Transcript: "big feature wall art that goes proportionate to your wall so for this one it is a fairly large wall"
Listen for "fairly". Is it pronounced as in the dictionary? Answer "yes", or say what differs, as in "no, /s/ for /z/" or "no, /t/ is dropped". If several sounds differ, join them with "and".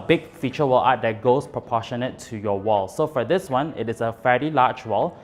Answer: no, /l/ is dropped